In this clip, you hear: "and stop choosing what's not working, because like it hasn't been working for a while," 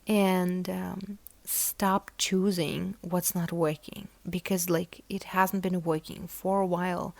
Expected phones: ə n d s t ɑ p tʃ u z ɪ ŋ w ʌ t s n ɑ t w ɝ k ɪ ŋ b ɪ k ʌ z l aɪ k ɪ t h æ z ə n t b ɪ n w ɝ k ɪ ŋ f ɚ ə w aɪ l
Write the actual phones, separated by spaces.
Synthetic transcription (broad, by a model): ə n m s t ɑ p tʃ u z ɪ ŋ w ʌ t s n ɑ t w ɝ k ɪ ŋ b ɪ k ʌ z l aɪ k ɪ t h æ z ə n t b ɪ n w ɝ k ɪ ŋ f ɚ ə w aɪ l